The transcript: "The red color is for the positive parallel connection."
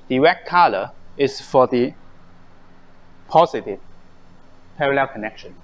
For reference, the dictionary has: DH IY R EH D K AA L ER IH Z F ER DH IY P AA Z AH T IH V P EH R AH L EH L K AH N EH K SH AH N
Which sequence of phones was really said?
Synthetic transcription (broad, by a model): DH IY W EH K AA L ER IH S F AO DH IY P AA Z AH T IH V P EH R AH L EH L K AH N EH K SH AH N